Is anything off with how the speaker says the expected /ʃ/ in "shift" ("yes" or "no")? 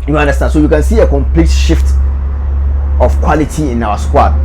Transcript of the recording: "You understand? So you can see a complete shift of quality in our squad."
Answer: no